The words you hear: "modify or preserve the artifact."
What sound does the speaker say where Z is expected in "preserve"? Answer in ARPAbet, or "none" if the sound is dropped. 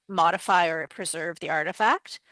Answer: Z